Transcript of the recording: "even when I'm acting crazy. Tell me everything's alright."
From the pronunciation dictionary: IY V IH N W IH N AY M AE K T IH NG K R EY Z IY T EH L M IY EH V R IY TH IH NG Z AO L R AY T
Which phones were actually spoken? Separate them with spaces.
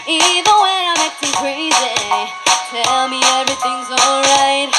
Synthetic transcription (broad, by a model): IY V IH N W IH AY M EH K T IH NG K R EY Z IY T EH L M IY EH V R IY TH IH NG Z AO L R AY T